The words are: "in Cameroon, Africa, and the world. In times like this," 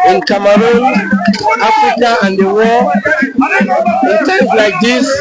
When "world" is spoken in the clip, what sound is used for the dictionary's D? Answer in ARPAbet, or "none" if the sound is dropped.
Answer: none